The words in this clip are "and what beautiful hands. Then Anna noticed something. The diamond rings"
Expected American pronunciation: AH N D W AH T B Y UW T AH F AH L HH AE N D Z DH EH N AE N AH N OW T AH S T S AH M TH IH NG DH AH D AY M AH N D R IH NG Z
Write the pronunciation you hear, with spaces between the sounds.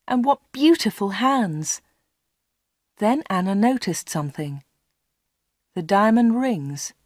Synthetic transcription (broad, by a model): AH N W AH T B Y UW T AH F AH L HH AE N D Z DH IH N AE N AH N OW T AH S T S AH M TH IH NG DH AH D AY M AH N R IH NG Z